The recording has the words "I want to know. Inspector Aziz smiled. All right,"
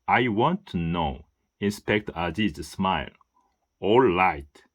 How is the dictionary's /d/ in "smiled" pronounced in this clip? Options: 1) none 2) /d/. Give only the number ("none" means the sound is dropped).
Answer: 1